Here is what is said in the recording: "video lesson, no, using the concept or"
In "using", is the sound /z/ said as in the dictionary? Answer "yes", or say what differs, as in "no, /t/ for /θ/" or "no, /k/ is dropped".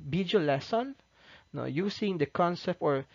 no, /s/ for /z/